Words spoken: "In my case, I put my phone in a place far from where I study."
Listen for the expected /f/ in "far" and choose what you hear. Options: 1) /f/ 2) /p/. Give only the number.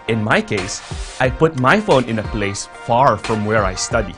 1